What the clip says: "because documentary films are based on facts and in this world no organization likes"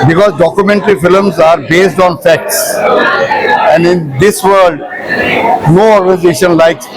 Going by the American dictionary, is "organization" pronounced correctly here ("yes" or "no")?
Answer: yes